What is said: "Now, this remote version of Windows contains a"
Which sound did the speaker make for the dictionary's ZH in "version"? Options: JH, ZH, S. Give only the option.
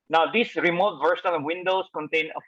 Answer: S